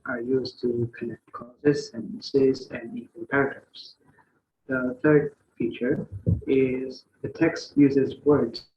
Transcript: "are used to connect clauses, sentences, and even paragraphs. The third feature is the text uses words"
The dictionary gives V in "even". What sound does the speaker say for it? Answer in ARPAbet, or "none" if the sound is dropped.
W